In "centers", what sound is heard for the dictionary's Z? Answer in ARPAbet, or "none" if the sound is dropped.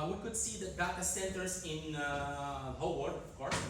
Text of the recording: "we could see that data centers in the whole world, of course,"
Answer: S